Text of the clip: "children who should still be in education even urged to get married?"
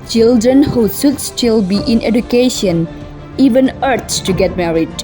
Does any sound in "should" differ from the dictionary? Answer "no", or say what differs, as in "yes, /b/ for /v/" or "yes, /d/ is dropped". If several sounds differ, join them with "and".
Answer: yes, /s/ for /ʃ/